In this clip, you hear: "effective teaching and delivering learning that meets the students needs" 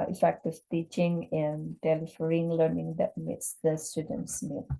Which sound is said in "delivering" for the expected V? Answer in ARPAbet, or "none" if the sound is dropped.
F